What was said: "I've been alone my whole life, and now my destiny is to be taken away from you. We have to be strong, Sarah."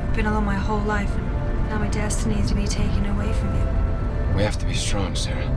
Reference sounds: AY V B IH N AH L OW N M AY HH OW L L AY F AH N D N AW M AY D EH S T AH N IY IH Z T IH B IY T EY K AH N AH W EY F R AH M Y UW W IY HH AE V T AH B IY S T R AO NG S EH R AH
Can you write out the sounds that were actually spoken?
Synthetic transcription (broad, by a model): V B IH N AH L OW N M AY HH OW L L AY F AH N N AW M AY D EH S T AH N IY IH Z T IH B IY T EY K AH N AH W EY F R AH M Y UW W IY HH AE F T AH B IY S T R AO NG S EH R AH